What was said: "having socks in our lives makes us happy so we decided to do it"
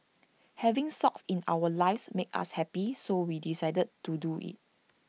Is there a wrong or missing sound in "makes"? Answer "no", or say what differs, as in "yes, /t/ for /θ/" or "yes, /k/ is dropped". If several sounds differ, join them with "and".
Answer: yes, /s/ is dropped